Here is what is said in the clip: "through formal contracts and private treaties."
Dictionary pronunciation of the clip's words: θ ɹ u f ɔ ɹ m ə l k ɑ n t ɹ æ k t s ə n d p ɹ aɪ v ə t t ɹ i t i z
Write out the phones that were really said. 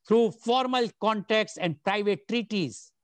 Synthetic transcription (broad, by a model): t ɹ u f ɔ ɹ m ə l k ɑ n t ɛ k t s ə n d p ɹ aɪ v ə t t ɹ i t i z